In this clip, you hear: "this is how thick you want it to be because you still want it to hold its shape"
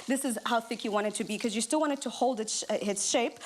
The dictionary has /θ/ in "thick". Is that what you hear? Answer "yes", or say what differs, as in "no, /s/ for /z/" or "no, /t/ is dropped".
yes